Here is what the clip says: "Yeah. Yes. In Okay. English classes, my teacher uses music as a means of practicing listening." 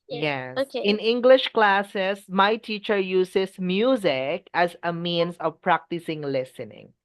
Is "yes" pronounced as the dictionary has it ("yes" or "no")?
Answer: no